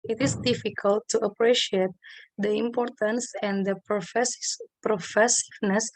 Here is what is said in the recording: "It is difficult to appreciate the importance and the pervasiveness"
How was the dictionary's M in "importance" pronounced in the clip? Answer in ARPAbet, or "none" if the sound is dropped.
M